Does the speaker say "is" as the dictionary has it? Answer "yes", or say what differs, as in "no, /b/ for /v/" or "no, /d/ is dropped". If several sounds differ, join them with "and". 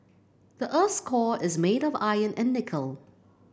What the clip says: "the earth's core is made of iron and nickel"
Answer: yes